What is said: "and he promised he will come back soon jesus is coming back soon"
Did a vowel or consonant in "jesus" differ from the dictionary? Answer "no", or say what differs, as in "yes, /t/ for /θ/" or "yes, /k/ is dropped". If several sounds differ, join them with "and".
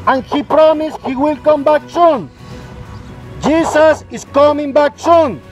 yes, /s/ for /z/